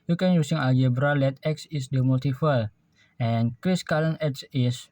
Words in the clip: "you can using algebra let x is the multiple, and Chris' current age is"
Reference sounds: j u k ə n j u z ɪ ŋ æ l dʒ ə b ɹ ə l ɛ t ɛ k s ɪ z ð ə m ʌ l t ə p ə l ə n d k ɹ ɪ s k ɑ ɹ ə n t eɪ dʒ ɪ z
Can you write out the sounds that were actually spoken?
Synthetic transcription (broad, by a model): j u k ə n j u s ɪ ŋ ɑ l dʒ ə b ɹ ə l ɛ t ɛ k s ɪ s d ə m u l t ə f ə l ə n k ɹ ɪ s k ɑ l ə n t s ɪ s